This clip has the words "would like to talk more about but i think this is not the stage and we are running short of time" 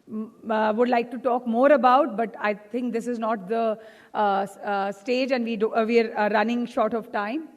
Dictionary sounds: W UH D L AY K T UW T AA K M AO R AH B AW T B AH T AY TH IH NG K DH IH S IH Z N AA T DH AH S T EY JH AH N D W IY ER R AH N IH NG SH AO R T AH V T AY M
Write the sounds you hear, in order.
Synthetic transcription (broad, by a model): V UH D L AY K T UW T AA K M AO R AH B AW T B AH T AY T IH NG K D IH S IH Z N AA T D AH S T EY JH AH N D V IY ER R AH N IH NG SH AO R T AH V T AY M